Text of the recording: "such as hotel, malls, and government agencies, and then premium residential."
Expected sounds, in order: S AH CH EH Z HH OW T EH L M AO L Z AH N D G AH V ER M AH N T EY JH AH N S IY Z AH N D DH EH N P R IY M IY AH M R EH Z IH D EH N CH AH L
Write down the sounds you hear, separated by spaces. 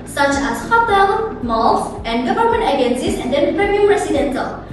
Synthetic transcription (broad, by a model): S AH CH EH S HH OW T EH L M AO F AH N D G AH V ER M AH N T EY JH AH N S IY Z AH N D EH N P R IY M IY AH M R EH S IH D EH N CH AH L